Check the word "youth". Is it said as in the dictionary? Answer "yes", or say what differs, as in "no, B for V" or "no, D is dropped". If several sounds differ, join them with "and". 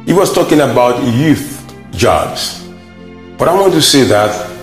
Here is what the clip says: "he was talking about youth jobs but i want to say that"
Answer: yes